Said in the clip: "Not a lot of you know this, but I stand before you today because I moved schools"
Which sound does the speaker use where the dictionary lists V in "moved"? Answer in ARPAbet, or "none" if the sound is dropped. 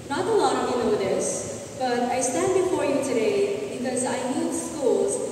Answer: none